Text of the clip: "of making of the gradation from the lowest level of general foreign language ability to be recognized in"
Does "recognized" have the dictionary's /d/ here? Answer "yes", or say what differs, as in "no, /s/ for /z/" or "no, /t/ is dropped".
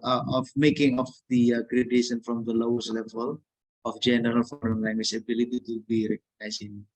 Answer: no, /d/ is dropped